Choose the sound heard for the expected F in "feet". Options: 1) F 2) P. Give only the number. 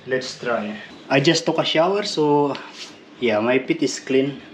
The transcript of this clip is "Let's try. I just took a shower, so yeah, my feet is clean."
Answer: 2